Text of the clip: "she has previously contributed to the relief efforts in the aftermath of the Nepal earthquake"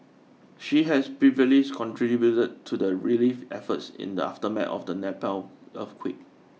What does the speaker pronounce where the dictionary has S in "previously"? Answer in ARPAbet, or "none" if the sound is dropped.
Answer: none